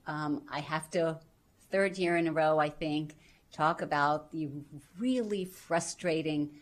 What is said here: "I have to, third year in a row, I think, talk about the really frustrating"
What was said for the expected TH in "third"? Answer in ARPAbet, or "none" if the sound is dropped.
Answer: TH